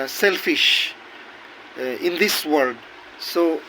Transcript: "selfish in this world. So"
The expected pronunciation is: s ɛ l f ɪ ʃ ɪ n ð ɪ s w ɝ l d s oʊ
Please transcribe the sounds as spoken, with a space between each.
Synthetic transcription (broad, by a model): s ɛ l f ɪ ʃ ɪ n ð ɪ s w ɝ d s oʊ